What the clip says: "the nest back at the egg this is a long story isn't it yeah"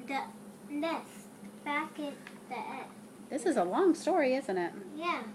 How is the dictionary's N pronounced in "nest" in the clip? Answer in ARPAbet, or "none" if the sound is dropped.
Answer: L